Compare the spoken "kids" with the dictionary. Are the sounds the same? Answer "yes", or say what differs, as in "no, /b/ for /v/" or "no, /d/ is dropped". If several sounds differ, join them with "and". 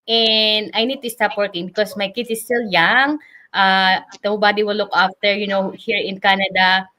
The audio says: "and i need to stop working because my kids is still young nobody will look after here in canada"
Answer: no, /z/ is dropped